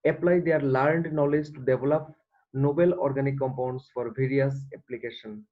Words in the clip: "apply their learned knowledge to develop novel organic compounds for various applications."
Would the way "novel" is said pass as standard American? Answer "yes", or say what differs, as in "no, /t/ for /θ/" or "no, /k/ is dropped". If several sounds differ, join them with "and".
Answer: no, /b/ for /v/